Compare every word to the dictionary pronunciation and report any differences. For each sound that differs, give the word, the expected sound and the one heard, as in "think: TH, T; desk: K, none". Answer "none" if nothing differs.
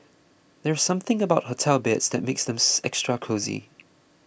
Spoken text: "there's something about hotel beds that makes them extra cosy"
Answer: none